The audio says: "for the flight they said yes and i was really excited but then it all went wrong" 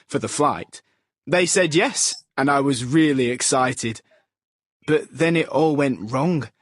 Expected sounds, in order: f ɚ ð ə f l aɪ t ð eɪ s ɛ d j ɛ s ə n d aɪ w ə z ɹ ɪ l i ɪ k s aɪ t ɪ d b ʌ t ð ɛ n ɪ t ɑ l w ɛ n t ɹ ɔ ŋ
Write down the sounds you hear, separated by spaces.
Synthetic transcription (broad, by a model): f ɚ ð ə f l aɪ t ð eɪ s ɛ d j ɛ s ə n aɪ w ə z ɹ ɪ l i ɪ k s aɪ t ɪ d b ʌ t ð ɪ n ɪ t ɑ l w ɛ n t ɹ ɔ ŋ